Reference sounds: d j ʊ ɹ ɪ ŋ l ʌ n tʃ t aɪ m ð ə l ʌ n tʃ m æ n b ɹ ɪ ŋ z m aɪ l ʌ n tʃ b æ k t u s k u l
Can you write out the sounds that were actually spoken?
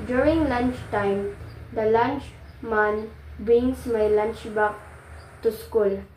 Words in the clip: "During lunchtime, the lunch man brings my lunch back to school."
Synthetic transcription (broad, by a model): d j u ɹ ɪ ŋ l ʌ n tʃ t aɪ m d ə l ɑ n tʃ m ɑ n b ɹ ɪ ŋ s m aɪ l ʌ n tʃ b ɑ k t u s k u l